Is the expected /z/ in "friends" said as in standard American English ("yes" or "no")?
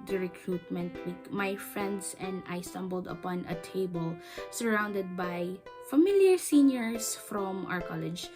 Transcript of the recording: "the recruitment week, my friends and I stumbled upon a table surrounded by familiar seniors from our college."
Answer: no